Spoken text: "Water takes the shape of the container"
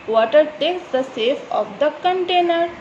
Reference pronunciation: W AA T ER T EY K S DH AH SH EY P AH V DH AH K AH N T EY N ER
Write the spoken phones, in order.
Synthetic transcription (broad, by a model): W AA T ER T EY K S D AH S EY F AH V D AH K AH N T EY N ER